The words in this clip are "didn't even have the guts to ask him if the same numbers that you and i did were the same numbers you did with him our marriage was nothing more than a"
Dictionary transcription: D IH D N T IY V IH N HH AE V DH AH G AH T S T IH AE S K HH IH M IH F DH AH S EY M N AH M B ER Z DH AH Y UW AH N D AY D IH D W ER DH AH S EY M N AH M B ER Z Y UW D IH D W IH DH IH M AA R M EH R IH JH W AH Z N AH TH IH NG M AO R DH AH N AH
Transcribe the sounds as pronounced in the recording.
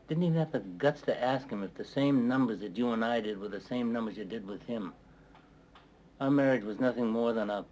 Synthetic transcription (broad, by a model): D IH D N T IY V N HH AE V DH AH G AH T S T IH AE S K HH IH M IH F DH AH S EY M N AH M B ER Z DH AH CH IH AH N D AY D IH D W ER DH AH S EY M N AH M B ER Z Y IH D IH D W IH DH IH M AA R M EH R IH JH W AH Z N AH TH IH NG M AO R DH AH N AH